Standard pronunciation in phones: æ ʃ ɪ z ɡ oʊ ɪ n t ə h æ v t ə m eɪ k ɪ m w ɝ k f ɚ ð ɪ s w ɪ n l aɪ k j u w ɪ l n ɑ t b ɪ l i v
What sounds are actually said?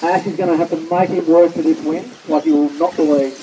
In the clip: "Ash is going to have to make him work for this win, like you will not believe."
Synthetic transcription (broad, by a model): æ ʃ ɪ z ɡ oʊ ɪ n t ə h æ f t ə m eɪ k ɪ m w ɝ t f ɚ ð ɪ s w ɪ n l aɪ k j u w ɪ l n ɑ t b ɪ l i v